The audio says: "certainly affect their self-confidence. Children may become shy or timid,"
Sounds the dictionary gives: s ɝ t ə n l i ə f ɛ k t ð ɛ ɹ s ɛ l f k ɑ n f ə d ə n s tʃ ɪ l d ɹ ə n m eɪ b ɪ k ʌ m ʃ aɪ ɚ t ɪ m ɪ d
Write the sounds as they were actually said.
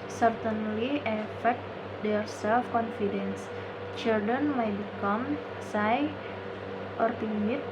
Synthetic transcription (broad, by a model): s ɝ t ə n l i ə f ɛ k t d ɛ ɹ s ɛ l f k ɑ n f ə d ə n s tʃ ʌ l d ə n m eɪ b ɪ k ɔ m s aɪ ɚ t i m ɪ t